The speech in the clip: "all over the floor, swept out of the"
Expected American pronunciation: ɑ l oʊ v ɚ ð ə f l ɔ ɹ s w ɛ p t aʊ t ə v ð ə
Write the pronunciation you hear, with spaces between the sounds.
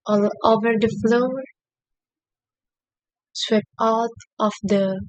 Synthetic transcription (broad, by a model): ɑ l oʊ v ɚ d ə f l ɔ ɹ s w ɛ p aʊ t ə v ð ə